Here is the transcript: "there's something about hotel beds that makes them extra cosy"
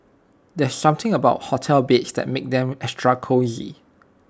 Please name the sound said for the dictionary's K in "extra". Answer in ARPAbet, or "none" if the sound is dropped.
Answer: none